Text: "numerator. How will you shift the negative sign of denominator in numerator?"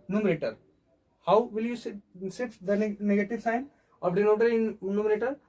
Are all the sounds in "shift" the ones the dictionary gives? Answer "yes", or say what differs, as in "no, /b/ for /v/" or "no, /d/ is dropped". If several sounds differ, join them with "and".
no, /s/ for /ʃ/ and /f/ is dropped